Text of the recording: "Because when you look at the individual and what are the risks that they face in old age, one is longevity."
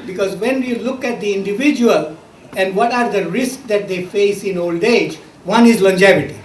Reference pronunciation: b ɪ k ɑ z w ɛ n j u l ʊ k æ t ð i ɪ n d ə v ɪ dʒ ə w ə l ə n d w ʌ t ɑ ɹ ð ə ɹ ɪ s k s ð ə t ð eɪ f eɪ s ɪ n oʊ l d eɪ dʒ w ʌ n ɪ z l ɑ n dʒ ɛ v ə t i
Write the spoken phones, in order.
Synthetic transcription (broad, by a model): b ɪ k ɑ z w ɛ n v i l ʊ k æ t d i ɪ n d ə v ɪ dʒ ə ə l ə n d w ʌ t ɑ ɹ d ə ɹ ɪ s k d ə t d eɪ f eɪ s ɪ n oʊ l d eɪ dʒ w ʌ n ɪ z l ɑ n dʒ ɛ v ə t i